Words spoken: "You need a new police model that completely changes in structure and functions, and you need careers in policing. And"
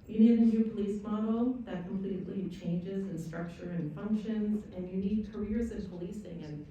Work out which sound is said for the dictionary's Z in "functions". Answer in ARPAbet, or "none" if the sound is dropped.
Z